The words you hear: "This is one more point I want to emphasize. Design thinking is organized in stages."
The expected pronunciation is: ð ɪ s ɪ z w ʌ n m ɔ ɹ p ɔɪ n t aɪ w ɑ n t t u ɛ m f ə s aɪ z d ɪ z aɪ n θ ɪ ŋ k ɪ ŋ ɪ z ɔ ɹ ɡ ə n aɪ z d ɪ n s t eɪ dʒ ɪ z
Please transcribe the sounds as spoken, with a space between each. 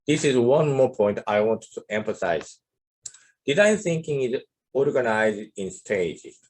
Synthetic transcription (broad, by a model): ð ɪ s ɪ z w ʌ n m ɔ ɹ p ɔɪ n t aɪ w ɑ n t t u ɛ m f ə s aɪ z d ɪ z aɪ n θ ɪ ŋ k ɪ ŋ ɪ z ɔ ɹ ɡ ə n aɪ z d ɪ n s t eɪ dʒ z